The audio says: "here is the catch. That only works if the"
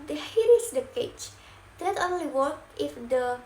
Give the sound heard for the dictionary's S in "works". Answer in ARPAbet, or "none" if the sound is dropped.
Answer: none